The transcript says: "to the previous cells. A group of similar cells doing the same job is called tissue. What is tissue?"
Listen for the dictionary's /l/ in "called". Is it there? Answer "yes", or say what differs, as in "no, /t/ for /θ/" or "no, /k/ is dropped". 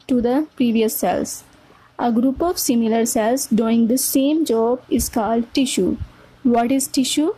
yes